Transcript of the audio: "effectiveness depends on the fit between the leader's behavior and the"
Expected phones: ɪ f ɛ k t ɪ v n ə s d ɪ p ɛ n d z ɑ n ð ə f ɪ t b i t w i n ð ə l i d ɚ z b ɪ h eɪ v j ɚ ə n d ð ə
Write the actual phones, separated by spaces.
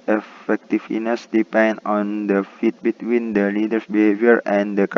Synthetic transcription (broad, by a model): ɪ f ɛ k t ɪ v n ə s d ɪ p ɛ n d ɑ n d ə f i t b i t w i n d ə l i d ɚ s b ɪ h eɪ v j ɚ ə n d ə